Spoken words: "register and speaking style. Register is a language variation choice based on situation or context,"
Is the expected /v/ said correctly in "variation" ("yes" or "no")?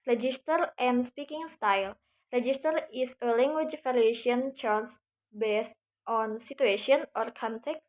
no